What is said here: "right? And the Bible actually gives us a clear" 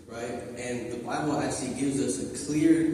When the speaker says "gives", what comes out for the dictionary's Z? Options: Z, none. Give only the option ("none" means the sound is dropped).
Z